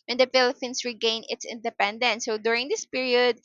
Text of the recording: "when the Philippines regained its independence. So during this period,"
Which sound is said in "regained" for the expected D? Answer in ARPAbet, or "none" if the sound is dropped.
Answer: none